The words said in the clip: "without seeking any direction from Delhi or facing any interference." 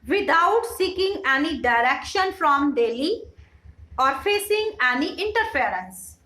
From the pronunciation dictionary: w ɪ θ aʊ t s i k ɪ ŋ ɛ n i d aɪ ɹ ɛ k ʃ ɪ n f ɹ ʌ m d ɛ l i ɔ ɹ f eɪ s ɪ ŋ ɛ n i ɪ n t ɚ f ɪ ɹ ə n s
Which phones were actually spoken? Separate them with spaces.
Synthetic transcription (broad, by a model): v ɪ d aʊ t s i k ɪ ŋ ɛ n i d aɪ ɹ ɛ k ʃ ɪ n f ɹ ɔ m d ɛ l i ɔ ɹ f eɪ s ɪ ŋ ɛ n i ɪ n t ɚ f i ɹ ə n s